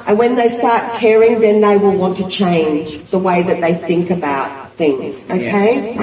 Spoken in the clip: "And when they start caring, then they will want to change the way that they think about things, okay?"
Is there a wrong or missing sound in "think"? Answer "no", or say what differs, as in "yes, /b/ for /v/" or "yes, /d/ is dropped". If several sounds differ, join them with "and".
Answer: no